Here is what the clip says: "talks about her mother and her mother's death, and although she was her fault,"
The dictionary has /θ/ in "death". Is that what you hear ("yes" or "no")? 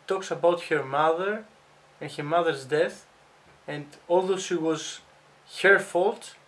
yes